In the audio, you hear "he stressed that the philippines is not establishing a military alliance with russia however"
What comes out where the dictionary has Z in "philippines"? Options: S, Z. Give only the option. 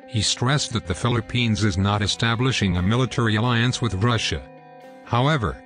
Z